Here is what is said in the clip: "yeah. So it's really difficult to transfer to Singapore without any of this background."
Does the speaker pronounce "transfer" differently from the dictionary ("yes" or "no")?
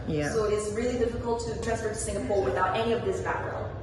yes